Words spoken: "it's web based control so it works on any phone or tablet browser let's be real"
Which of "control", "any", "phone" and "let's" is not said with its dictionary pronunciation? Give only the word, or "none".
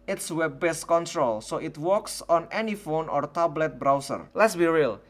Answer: none